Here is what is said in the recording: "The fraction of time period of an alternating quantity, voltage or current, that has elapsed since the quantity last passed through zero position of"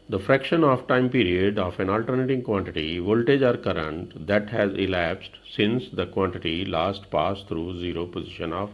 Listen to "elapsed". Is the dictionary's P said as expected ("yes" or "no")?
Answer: yes